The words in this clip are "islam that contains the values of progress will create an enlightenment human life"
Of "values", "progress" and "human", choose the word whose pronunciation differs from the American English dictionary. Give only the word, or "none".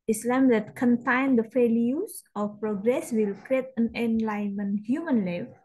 values